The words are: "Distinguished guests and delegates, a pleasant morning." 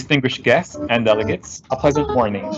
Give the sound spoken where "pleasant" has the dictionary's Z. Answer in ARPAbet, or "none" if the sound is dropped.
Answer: Z